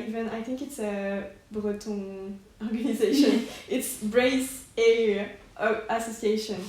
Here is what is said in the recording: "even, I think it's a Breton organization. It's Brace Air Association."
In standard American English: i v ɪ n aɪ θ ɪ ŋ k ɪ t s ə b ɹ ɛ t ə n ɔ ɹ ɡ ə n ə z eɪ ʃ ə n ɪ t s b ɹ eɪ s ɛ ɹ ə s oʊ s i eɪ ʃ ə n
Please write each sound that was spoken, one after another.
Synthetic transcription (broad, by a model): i v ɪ n aɪ θ ɪ ŋ k ɪ t s ə b ɹ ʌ t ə ɔ ɹ ɡ ə n ə z eɪ ʃ ə n ɪ t s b ɹ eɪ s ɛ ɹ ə s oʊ s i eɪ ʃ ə n